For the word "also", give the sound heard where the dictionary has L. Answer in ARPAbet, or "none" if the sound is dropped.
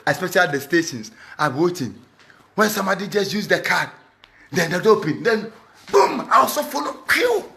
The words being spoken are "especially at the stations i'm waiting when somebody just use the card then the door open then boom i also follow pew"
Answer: none